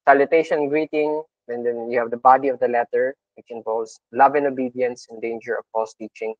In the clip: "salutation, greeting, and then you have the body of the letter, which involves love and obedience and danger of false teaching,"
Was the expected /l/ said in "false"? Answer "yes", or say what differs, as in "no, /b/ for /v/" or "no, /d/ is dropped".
no, /l/ is dropped